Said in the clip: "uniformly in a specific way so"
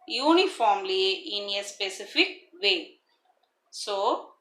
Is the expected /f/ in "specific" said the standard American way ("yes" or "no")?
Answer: yes